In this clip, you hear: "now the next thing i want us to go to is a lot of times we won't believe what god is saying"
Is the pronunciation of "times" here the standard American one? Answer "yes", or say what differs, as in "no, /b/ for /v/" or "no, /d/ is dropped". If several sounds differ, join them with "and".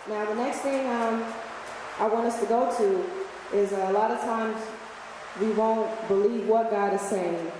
yes